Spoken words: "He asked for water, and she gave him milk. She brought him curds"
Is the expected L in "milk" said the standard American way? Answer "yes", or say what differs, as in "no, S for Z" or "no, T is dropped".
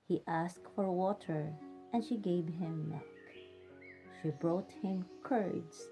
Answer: no, L is dropped